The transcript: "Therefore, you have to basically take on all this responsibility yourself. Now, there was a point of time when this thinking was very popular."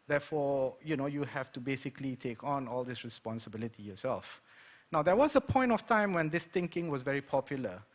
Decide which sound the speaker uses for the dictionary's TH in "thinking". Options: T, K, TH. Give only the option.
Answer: T